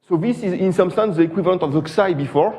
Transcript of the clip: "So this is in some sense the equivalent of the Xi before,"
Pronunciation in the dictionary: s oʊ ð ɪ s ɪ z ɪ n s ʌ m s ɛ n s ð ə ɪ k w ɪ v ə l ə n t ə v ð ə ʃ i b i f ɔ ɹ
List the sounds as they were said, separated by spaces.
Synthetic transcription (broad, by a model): s oʊ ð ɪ s ɪ z ɪ n s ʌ m s ɛ n s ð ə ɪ k w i v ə l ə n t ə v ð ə s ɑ b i f ɔ ɹ